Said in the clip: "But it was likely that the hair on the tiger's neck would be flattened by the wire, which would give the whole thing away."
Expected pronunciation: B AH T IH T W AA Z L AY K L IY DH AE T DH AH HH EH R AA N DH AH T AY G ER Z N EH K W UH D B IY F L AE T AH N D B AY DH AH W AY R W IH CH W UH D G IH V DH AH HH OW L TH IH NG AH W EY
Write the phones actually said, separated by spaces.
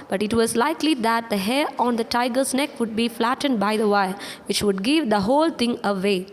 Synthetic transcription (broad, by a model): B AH T IH T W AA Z L AY K L IY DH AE T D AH HH EH R AA N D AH T AY G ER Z N EH K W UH D B IY F L AE T AH N D B AY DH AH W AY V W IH CH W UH D G IH V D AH HH OW L T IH NG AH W EY